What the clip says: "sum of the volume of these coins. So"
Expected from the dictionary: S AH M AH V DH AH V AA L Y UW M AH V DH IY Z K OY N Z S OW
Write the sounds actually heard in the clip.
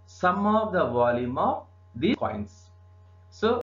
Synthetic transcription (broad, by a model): S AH M AH V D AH V AA L Y UW M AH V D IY K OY N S S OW